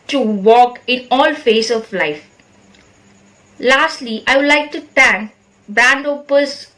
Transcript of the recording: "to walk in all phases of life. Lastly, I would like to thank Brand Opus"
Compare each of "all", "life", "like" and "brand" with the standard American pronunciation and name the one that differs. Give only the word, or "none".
brand